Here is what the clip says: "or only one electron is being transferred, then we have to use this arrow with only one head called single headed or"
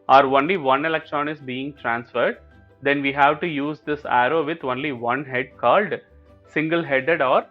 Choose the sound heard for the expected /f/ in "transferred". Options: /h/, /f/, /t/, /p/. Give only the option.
/f/